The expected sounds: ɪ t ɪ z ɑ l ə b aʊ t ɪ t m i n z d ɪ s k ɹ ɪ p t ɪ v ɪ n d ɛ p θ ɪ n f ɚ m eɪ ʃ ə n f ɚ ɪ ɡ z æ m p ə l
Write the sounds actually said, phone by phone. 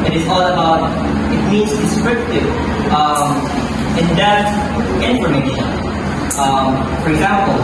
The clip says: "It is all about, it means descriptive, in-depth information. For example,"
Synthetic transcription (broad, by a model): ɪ t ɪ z ɑ l ə b aʊ t ɪ t m i n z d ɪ s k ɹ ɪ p t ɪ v ɪ n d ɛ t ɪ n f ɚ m eɪ ʃ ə n f ɚ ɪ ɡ z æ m p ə l